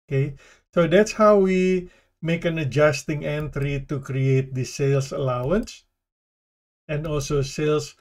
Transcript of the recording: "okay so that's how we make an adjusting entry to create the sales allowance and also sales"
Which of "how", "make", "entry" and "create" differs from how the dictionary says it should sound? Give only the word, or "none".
none